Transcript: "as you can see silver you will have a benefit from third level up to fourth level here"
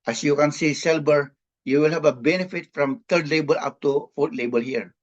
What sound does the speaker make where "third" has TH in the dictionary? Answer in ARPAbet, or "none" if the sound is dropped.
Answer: T